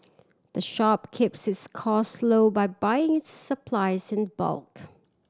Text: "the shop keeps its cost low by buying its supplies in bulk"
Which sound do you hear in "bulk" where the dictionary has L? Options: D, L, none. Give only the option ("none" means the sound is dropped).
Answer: L